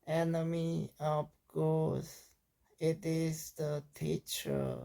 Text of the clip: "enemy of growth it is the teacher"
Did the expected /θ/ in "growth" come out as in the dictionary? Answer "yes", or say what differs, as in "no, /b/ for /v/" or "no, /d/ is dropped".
no, /s/ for /θ/